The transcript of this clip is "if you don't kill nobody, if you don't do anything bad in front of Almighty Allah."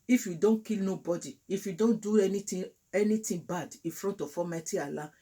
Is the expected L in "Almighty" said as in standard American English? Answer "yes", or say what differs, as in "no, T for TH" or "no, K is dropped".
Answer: no, L is dropped